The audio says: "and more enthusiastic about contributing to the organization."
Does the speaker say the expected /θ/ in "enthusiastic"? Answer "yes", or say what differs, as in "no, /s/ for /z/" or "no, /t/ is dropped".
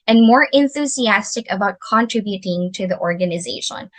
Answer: yes